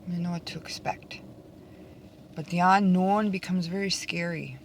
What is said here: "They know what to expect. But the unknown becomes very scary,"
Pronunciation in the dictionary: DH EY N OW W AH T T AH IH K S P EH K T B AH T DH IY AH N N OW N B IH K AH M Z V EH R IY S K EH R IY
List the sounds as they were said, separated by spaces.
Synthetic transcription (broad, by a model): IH N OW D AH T T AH IH K S P EH K T B AH T DH IY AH N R N B IH K AH M Z V EH R IY S K EH R IY